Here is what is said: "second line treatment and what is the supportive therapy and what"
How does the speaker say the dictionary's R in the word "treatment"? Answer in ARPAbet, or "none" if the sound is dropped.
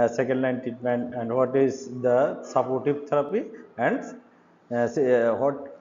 none